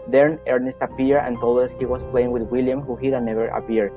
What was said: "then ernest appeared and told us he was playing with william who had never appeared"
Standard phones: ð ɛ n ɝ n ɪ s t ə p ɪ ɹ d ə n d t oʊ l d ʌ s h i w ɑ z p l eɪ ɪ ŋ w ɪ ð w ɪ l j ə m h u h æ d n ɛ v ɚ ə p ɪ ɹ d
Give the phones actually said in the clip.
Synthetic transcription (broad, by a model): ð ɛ n ɝ n ɪ s t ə p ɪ ɹ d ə n t oʊ l d ʌ s h i w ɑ s p l eɪ ɪ ŋ w ɪ ð w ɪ l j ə m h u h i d n ɛ v ɚ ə p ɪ ɹ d